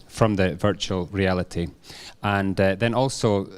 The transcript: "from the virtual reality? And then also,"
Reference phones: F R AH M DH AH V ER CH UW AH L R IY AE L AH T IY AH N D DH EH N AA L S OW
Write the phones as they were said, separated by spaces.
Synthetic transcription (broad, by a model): F R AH M DH AH V ER CH UW AH L R IY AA L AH T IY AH N DH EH N AA L S OW